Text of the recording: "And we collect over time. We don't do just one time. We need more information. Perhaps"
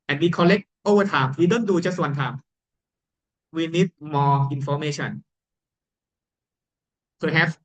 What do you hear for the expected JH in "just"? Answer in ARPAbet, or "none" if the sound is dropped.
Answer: CH